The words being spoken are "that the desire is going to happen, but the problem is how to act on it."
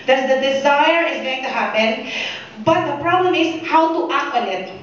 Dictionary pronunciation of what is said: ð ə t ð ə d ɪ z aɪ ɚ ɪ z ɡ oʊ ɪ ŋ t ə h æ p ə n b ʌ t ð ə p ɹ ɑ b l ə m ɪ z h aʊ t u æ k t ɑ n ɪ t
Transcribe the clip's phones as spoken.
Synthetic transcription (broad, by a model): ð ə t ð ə d ɪ z aɪ ɚ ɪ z ɡ oʊ ɪ ŋ t ə h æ p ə n b ʌ t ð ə p ɹ ɑ b l ə m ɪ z h aʊ t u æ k ɑ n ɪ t